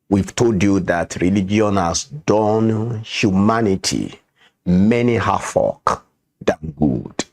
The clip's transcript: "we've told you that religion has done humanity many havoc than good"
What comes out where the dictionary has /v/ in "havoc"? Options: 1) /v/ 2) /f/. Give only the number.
2